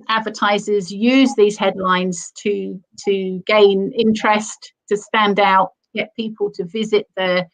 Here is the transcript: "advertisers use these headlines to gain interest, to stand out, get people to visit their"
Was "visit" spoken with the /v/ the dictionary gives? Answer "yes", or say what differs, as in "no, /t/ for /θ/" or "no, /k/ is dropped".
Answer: yes